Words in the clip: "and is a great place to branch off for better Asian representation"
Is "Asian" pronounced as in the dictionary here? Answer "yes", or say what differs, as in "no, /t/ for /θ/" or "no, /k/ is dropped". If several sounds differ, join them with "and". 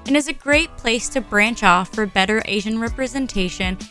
yes